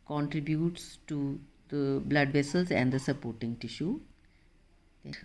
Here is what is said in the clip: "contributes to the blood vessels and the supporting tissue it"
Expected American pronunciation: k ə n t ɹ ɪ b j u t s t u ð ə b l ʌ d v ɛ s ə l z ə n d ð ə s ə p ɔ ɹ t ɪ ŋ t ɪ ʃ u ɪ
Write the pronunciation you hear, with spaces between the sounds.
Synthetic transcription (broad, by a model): k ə n t ɹ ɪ b j u t s t u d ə b l ʌ d v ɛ s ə l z ə n d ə s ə p ɔ ɹ t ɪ ŋ t ɪ ʃ u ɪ